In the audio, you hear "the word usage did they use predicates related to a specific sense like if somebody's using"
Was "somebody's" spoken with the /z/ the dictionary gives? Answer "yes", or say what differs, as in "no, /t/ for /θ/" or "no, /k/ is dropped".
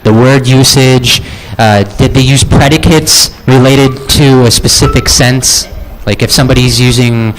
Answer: yes